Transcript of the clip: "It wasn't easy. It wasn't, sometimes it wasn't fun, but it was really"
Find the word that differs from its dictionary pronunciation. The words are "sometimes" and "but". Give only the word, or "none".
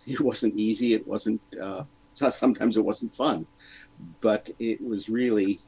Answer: none